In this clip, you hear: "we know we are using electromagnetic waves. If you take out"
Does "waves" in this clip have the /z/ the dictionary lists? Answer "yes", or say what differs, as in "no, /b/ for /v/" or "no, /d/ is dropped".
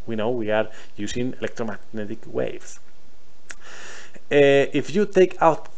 no, /s/ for /z/